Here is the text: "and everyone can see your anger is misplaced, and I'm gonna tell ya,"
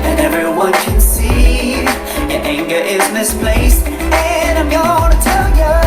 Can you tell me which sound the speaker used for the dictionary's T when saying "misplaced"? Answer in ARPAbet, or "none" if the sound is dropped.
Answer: none